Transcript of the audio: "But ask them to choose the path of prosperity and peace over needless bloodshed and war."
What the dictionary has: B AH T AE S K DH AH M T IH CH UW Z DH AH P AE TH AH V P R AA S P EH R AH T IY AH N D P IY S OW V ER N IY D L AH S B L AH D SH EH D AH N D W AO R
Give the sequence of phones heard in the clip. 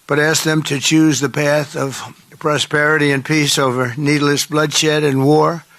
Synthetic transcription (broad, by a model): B AH T AE S K DH AH M T IH CH UW Z DH AH P AE TH AH V P R AA S P EH R AH T IY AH N P IY S OW V ER N IY D L AH S B L AH D SH EH D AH N W AO R